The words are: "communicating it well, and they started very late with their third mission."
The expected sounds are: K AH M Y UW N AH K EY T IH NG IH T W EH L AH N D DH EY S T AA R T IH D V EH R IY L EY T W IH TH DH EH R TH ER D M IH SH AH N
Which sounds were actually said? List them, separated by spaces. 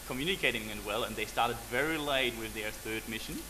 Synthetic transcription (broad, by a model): K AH M Y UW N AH K EY T IH NG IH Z W EH L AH N DH EY S T AA R T IH D V EH R IY L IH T W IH DH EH R TH ER D M IH SH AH N